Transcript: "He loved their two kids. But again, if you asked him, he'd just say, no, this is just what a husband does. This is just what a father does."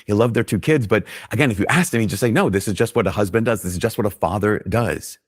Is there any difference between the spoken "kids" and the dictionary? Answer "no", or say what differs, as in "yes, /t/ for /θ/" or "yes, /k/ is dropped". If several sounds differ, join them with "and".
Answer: no